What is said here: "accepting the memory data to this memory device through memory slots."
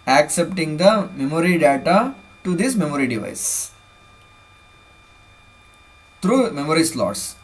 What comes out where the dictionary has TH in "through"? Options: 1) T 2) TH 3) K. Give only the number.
1